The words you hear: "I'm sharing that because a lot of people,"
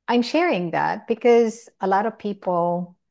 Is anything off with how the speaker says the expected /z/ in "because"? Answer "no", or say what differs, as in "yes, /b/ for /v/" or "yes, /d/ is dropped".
no